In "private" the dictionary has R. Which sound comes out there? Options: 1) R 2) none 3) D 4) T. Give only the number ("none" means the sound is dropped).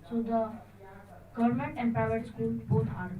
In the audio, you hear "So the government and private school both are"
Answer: 2